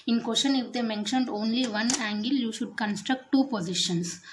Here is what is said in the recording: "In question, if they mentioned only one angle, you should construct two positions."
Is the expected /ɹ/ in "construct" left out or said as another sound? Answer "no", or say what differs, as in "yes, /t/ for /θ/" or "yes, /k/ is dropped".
no